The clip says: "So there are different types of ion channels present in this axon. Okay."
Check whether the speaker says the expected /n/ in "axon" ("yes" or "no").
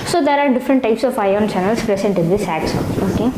no